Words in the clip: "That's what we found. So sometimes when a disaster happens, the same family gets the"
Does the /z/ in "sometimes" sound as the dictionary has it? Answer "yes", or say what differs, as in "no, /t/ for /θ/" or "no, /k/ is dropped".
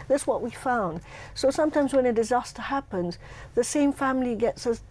yes